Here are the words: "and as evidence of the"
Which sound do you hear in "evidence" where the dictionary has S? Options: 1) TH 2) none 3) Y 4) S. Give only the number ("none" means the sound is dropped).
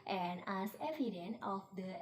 2